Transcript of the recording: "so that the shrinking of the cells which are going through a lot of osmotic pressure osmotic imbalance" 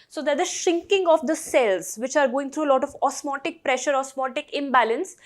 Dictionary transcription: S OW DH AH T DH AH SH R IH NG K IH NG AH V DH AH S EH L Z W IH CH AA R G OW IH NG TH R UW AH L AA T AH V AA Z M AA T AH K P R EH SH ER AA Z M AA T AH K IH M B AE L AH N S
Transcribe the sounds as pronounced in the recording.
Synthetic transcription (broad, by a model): S OW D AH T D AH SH IH NG K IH NG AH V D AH S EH L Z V IH CH AA R G OW IH NG T R UW AH L AA T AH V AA S M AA T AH K P R EH SH ER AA S M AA T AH K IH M B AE L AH N S